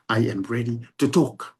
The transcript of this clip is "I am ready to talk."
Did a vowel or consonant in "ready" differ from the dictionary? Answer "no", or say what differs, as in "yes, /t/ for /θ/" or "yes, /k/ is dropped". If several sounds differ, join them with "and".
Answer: no